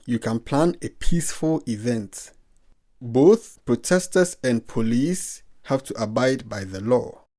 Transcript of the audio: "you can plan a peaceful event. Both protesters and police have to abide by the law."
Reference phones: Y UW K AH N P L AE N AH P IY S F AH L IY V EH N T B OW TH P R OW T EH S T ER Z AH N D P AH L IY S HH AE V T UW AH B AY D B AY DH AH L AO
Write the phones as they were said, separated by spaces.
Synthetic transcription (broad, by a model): Y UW K AH N P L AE N AH P IY S F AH L IY V EH N T B OW TH P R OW T EH S T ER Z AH N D P AH L IY S HH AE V T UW AH B AY D B AY DH AH L AO